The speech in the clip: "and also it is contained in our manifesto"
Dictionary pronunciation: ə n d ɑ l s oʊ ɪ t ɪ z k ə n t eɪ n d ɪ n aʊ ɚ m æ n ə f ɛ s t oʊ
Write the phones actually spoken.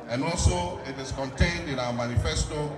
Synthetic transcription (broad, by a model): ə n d ɑ l s oʊ ɪ t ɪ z k ə n t eɪ n d ɪ n aʊ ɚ m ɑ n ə f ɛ s t oʊ